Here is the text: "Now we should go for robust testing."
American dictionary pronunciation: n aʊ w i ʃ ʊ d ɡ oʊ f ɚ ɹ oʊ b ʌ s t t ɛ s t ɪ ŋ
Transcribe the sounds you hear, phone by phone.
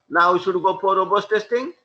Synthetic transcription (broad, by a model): n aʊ w i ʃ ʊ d ɡ oʊ p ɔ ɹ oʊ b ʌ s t t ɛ s t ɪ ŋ